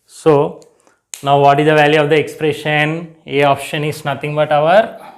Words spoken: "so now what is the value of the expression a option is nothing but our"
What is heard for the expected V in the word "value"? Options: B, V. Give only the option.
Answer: V